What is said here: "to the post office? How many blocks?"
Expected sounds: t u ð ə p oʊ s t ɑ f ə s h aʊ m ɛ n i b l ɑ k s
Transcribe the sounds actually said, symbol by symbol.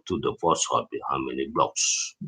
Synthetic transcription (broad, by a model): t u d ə f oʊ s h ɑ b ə h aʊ m ɛ n i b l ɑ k s